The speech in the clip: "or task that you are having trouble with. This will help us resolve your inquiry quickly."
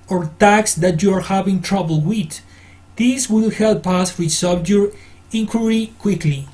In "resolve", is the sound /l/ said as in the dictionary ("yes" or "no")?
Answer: no